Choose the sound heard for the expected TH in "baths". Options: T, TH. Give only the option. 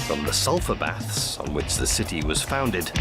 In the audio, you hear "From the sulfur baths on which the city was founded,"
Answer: TH